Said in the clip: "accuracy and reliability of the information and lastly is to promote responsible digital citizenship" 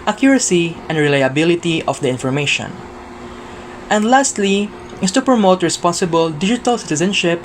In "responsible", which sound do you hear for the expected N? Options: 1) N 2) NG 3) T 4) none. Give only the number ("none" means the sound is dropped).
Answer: 1